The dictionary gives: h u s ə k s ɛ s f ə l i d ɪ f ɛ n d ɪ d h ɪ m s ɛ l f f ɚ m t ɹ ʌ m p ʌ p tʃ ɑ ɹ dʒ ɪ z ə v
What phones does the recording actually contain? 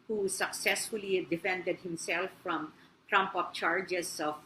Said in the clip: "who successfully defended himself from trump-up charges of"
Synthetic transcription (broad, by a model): h u s ə k s ɛ s f ə l i d ɪ f ɛ n d ɪ d h ɪ m s ɛ l f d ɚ m t ɹ ʌ m p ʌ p tʃ ɑ ɹ dʒ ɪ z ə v